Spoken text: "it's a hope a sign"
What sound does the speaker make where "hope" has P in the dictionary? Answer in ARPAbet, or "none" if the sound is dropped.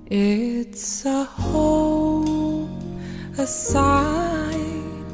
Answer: none